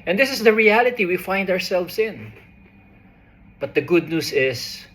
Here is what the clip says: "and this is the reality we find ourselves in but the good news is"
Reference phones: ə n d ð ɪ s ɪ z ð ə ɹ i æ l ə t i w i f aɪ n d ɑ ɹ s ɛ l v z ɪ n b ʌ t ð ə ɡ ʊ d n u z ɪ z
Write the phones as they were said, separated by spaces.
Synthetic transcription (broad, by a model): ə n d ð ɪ s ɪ s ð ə ɹ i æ l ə t i w i f aɪ n d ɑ ɹ s ɛ l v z ɪ n b ʌ t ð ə ɡ ʊ d n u s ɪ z